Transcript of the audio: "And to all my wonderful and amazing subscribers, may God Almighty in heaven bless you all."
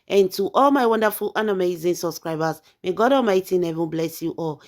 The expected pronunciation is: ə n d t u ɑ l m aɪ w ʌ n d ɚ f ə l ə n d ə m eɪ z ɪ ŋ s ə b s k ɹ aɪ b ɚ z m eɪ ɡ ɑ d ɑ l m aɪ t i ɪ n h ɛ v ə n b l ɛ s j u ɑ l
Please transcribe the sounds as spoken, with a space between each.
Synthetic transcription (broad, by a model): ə n t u ɑ l m aɪ w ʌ n d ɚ f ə l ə n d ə m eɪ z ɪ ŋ s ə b s k ɹ aɪ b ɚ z m eɪ ɡ ɑ d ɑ m aɪ t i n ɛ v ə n b l ɛ s j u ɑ l